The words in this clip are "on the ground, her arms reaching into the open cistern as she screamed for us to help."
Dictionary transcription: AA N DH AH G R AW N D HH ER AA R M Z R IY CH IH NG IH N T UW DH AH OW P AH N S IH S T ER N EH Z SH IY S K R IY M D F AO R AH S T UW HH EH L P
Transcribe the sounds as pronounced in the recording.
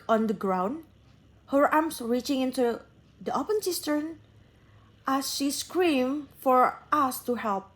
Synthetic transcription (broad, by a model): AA N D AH G R AW N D HH ER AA R M S R IY CH IH NG IH N T UW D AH OW P AH N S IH S T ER N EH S SH IY S K R IY M F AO R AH S T UW HH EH L P